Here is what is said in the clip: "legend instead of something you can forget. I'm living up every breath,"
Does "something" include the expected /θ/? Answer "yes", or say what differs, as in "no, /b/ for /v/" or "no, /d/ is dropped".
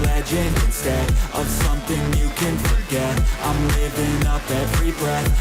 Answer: yes